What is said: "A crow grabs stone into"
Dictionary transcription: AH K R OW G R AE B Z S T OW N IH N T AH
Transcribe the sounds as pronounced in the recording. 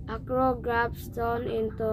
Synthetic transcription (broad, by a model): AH K R OW G R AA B S T OW N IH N T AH